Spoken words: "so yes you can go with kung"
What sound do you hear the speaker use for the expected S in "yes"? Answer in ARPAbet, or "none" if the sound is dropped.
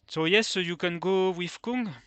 S